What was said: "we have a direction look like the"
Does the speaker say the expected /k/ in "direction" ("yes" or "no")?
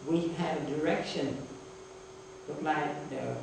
yes